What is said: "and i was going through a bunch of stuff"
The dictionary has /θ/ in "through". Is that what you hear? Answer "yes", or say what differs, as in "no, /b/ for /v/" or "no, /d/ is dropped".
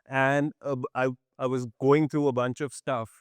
no, /t/ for /θ/